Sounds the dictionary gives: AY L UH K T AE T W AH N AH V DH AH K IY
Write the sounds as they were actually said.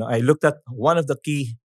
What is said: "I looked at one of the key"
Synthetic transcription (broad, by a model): AY L UH K T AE T W AH N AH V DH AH K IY